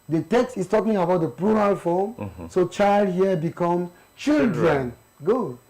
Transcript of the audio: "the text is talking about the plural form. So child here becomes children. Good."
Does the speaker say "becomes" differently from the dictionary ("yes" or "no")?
yes